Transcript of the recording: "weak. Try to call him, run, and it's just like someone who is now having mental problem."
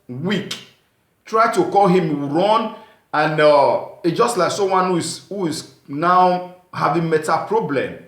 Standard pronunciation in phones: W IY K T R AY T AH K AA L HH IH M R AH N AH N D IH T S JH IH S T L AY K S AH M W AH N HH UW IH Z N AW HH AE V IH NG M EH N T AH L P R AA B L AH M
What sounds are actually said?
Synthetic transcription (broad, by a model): W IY K T R AY T AH K AA L HH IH M R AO N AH N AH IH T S JH IH S T L AY K S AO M W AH N HH UW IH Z N AW HH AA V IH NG M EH T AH P R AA B L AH M